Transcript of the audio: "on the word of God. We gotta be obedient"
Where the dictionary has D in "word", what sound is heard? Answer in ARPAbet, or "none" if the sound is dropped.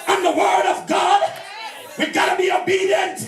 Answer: D